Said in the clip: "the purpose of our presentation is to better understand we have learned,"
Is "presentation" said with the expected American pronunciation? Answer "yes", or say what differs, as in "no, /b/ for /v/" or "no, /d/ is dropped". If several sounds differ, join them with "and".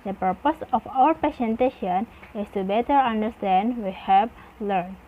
no, /ɹ/ is dropped and /s/ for /z/